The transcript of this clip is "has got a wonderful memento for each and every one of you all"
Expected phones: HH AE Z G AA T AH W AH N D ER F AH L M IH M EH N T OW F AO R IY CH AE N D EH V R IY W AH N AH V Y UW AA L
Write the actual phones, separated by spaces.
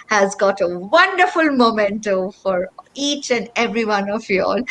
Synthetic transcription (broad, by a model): HH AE Z G AA T AH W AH N D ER F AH L M IH M EH N T OW F AO R IY CH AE N D EH V R IY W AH N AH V Y UW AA L